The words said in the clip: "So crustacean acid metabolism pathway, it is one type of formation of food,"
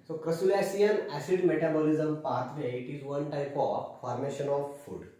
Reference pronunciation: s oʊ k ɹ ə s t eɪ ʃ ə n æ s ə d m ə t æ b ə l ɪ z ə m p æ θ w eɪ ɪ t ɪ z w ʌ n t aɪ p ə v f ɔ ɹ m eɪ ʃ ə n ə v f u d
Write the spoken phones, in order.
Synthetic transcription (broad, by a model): s oʊ k ɹ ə s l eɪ s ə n æ s ə d m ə t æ b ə l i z ə m p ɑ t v eɪ ɪ t ɪ z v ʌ n t aɪ p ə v f ɔ ɹ m eɪ ʃ ə n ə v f u d